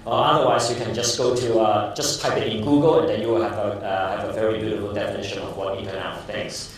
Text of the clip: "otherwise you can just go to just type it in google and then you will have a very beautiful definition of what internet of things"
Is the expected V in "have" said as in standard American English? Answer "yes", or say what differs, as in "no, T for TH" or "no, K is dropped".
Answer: yes